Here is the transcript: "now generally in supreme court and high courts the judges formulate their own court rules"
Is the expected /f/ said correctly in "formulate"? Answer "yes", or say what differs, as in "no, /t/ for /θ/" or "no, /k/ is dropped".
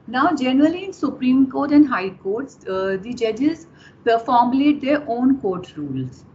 no, /p/ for /f/